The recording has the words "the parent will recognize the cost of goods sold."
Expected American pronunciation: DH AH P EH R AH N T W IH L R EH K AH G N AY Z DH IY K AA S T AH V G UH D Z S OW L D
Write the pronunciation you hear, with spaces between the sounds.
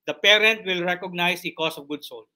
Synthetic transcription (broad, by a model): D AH P EH R AH N T W IH L R EH K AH G N AY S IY K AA S AH V G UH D S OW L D